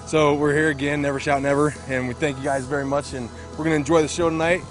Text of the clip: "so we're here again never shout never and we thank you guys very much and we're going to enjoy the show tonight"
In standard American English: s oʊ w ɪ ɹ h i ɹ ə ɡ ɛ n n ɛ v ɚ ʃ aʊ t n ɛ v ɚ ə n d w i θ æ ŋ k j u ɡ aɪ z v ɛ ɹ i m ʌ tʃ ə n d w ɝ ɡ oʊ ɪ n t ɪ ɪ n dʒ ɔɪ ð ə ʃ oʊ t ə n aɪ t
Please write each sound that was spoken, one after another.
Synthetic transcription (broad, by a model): s oʊ w ɪ ɹ h i ɹ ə ɡ ɛ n n ɛ v ɚ ʃ aʊ t n ɛ v ɚ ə n w i θ æ ŋ k j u ɡ aɪ z v ɛ ɹ i m ʌ tʃ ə n w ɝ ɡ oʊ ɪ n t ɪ ɪ n dʒ ɔɪ ð ə ʃ oʊ t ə n aɪ t